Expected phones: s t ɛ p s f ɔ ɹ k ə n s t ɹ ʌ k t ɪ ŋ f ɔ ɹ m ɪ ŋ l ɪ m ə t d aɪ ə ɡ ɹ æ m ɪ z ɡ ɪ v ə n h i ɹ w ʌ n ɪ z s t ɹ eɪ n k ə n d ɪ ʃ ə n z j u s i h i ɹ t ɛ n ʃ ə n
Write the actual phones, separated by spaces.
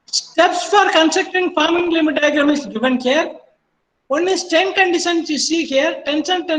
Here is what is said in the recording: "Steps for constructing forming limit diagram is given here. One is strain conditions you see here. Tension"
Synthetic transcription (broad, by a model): s t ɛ p s f ɔ ɹ k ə n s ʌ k t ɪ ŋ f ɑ ɹ m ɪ ŋ l ɪ m ə t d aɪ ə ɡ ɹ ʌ m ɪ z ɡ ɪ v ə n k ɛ ɹ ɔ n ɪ s t eɪ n k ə n d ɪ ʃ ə n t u s i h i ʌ t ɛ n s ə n